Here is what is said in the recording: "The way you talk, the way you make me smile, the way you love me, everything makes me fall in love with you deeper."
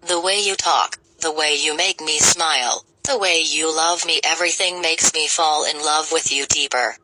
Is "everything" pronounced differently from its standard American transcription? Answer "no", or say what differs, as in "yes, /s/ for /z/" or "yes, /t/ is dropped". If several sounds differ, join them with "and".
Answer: no